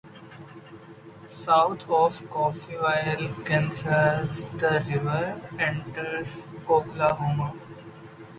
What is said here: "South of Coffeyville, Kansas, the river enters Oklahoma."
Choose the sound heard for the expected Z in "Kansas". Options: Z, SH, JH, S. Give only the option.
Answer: S